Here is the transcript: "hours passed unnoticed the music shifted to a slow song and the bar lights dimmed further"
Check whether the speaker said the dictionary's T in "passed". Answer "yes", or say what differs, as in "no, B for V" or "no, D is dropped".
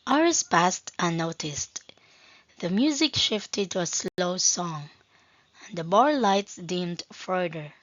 yes